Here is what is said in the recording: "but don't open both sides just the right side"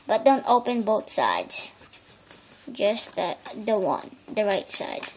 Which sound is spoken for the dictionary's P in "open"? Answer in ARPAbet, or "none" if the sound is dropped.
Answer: P